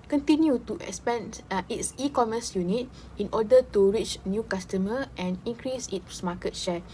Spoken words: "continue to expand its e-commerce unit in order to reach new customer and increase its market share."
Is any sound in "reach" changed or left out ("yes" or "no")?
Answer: no